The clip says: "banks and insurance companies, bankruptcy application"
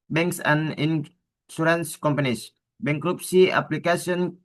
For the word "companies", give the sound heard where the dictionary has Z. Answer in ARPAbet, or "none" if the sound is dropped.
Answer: S